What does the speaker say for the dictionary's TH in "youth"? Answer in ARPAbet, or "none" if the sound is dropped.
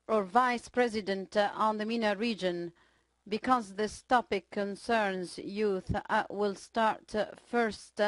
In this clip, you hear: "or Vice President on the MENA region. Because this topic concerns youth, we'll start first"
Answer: TH